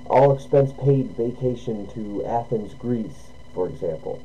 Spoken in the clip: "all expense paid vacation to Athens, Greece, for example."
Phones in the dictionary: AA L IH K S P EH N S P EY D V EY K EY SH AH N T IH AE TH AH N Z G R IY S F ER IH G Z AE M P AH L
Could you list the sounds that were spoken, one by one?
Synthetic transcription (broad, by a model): AA L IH K S P EH N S P EY D V EY K EY SH AH N T IH AE TH AH N Z G R IY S F ER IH G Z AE M P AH L